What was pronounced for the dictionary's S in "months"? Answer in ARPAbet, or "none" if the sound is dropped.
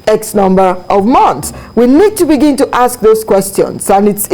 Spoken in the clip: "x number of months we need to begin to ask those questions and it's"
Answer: S